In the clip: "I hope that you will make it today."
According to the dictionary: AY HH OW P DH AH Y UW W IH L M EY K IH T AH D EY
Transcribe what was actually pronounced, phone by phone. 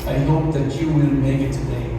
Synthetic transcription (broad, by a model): AY HH OW P DH AH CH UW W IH N M EY K IH T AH D EY